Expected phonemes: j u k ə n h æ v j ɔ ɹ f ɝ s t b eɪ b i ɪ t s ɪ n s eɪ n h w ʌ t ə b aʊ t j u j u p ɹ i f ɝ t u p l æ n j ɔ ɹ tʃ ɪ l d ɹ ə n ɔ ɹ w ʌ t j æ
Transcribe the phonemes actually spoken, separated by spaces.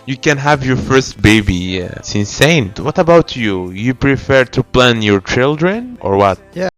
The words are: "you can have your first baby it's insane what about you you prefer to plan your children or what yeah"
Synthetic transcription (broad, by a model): j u k ə n h æ v j ɔ ɹ f ɝ s t b eɪ b i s ɪ n s eɪ n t w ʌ t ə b aʊ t j u j u p ɹ i f ɝ t u p l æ n j ɔ ɹ tʃ ɪ l d ɹ ə n ɔ ɹ w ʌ t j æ